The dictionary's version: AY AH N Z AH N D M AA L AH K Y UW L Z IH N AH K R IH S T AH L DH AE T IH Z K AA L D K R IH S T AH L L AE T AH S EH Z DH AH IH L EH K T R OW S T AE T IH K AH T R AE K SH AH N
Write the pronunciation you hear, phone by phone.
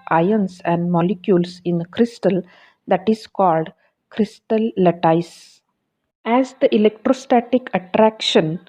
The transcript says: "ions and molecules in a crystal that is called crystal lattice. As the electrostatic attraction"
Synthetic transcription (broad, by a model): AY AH N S AH N D M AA L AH K Y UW L S IH N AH K R IH S T AH L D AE T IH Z K AA L D K R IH S T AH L L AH T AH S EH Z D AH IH L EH K T R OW S T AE T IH K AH T R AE K SH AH N